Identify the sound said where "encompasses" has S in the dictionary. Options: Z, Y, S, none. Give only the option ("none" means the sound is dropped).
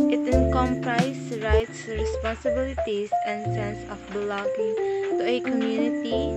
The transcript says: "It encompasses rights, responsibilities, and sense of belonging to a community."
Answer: none